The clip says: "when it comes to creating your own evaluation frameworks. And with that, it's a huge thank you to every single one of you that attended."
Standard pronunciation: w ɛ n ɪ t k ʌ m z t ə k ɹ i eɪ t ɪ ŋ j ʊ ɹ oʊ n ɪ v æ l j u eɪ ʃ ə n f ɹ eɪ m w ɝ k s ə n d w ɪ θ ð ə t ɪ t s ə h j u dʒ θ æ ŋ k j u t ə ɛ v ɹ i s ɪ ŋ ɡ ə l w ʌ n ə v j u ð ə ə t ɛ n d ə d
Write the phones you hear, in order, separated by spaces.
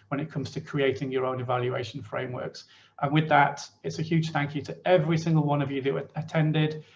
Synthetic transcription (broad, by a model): w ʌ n ɪ t k ʌ m z t ə k ɹ i eɪ t ɪ ŋ j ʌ ɹ oʊ n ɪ v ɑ l j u eɪ ʃ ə n f ɹ eɪ m w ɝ k s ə n w ɪ ð ə t ɪ t s ə h j u dʒ θ æ ŋ k j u t ə ɛ v ɹ i s ɪ ŋ ɡ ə l w ʌ n ə v j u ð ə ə t ɛ n d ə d